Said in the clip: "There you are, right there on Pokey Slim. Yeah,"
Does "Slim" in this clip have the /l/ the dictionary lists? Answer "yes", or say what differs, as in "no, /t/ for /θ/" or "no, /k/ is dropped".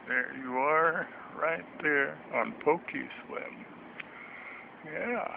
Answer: no, /w/ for /l/